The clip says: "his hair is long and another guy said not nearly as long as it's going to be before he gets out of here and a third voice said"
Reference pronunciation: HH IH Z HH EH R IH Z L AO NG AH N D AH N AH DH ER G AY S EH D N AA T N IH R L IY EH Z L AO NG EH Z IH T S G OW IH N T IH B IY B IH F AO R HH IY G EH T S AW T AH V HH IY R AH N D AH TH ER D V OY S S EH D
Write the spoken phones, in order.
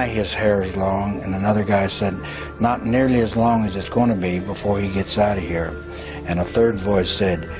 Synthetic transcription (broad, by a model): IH IH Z HH EH R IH Z L AO NG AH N AH N AH DH ER G AY S EH D N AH T N IH R L IY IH Z L AO NG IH Z IH T S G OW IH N T IH B IY B IH F AO R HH IY G EH T S AW T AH HH IY R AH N AH TH ER D V OY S S EH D